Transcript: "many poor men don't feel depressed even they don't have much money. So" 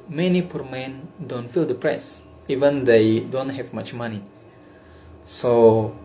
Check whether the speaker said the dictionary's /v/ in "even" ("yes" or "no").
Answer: yes